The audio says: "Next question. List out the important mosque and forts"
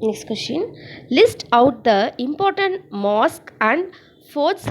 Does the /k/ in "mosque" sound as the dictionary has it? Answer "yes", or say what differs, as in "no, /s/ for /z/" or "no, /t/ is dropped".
yes